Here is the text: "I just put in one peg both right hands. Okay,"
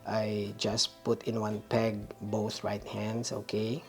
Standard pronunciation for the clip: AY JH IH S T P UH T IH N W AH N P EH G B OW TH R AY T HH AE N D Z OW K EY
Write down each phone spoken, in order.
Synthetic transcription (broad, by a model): AY JH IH S P UH T IH N W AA N P EH G B OW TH R AY T HH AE N D S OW K EY